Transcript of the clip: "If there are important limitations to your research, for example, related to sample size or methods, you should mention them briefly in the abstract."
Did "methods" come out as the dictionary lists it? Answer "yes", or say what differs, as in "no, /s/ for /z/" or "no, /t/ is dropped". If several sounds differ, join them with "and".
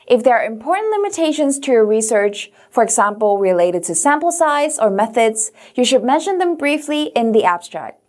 yes